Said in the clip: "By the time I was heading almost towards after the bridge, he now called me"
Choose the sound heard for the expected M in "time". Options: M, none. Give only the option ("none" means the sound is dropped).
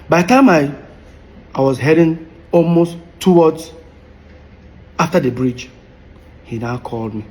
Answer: none